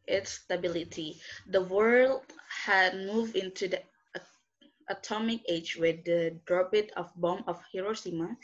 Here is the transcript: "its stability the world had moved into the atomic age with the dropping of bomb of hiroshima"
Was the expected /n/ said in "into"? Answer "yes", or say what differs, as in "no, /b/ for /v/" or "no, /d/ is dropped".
yes